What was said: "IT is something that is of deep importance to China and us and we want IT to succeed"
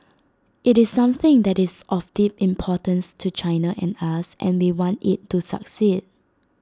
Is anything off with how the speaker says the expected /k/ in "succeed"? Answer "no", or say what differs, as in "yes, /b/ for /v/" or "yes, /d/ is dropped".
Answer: no